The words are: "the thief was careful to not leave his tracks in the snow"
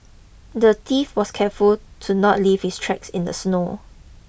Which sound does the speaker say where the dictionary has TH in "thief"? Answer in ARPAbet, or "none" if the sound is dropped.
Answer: T